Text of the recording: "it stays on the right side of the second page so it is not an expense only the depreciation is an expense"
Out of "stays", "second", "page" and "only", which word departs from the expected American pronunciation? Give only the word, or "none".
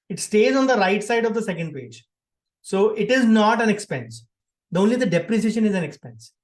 none